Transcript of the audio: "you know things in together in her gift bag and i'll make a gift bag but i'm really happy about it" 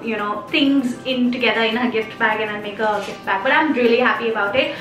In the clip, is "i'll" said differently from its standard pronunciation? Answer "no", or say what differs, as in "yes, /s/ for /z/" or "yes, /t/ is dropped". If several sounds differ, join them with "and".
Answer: yes, /n/ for /l/